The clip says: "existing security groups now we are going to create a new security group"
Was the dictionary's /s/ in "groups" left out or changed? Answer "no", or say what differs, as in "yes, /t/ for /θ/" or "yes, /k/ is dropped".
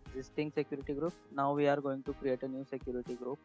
yes, /s/ is dropped